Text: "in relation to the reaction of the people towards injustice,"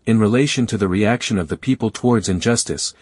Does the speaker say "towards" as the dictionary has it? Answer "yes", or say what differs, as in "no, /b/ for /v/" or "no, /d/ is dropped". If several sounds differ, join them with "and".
yes